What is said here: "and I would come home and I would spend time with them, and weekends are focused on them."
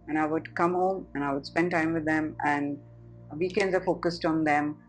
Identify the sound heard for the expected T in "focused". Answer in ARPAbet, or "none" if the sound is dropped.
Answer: T